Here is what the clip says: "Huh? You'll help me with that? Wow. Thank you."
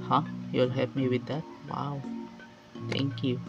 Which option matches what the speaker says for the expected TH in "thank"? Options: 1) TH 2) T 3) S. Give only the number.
2